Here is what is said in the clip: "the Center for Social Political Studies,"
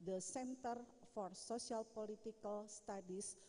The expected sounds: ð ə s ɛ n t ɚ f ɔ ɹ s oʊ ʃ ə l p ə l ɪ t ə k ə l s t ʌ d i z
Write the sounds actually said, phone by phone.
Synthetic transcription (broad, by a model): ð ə s ɛ n t ɚ f ɔ ɹ s oʊ s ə l p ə l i t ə k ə l s t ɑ d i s